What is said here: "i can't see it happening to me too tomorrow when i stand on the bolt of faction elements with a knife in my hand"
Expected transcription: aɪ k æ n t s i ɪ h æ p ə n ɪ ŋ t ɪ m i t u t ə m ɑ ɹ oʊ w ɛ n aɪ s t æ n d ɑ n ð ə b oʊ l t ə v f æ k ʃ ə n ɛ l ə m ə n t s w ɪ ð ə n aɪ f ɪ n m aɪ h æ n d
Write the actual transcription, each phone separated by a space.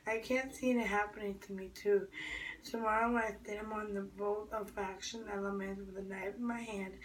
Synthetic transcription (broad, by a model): aɪ k æ n t s i ɪ h æ p ə n ɪ ŋ t ɪ m i t u t ə m ɑ ɹ oʊ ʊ l aɪ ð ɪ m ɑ n ð ə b oʊ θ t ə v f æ k ʃ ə n ɛ l ə m ə n t s w ɪ ð ə n aɪ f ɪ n m aɪ h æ n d